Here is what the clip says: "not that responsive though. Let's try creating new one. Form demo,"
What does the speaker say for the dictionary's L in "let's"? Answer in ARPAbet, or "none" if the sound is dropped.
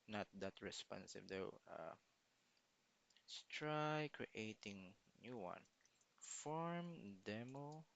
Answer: W